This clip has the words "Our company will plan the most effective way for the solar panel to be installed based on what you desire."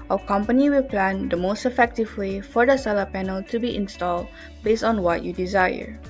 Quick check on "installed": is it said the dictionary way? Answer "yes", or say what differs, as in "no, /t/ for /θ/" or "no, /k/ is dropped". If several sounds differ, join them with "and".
yes